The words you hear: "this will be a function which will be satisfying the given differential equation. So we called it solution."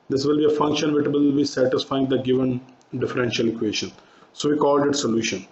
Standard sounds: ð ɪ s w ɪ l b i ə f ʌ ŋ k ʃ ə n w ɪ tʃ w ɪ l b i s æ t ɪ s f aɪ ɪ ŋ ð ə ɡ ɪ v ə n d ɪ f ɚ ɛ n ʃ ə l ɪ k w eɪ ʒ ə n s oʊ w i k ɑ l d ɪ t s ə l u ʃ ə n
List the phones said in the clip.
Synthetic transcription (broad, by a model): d ɪ s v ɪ l b i ə f ʌ ŋ k ʃ ə n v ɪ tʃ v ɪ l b i s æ t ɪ s f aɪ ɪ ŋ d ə ɡ ɪ v ə n d ɪ f ɚ ɛ n ʃ ə l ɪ k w eɪ ʃ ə n s oʊ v i k ɑ l d ɪ t s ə l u ʃ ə n